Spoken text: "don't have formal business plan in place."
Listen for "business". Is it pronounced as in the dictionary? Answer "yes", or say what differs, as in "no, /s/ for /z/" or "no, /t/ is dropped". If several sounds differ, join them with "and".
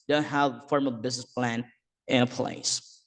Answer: yes